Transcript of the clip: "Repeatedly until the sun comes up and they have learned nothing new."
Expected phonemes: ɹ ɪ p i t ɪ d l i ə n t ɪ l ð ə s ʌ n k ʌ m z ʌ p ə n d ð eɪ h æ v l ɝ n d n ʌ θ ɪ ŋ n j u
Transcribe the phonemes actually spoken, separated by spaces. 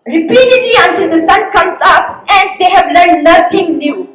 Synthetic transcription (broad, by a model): ɹ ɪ p i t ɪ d l i ə n t ɪ l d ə s ʌ n k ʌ m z ʌ p ə n d eɪ h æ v l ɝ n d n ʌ t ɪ ŋ n j u